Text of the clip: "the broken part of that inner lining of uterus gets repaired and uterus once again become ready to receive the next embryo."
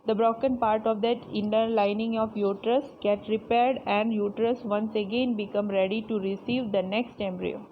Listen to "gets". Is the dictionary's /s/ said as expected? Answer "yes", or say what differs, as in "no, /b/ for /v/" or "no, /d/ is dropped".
no, /s/ is dropped